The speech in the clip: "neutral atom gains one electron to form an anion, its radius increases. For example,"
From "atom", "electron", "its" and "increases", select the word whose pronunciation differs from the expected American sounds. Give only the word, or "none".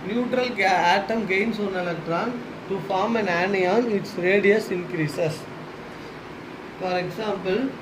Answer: increases